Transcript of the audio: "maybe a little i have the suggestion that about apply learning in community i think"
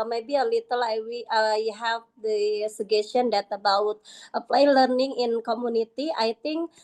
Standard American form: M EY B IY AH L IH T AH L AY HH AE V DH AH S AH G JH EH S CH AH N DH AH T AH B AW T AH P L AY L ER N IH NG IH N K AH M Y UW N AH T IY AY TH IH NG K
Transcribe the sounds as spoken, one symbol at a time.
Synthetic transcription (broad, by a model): M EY B IY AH L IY T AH L AY HH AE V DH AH S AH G EH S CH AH N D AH T AH B AW T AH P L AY L ER N IH NG IH N K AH M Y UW N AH T IY AY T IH NG K